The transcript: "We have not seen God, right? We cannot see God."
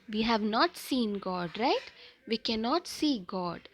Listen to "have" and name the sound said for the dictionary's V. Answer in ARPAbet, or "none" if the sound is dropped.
V